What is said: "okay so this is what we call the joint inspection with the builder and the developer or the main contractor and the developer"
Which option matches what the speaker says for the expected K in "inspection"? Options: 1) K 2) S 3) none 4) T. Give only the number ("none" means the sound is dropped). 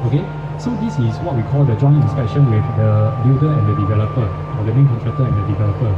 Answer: 3